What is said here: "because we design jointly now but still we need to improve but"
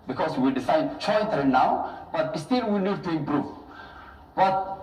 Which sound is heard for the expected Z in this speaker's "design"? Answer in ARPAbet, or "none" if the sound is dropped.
S